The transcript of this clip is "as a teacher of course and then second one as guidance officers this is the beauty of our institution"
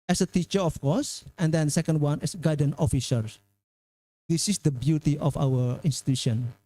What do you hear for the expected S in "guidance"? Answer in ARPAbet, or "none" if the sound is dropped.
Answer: none